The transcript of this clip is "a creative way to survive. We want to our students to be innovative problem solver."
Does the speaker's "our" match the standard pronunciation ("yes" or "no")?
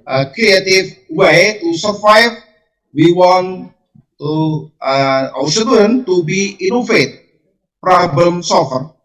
no